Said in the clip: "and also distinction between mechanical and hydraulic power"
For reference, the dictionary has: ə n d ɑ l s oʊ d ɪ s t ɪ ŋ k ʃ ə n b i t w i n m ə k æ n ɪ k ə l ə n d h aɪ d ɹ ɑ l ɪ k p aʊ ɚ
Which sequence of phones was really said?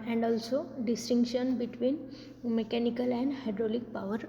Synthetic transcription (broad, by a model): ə n d ɑ l s oʊ d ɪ s t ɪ ŋ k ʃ ə n b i t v i n m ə k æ n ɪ k ə l ə n d h aɪ d ɹ ɑ l ɪ k p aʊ ɚ